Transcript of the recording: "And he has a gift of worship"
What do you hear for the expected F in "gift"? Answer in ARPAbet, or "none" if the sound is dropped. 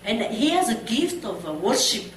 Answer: F